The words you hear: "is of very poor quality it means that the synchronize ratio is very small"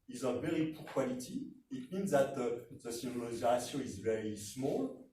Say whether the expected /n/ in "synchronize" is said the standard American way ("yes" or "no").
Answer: no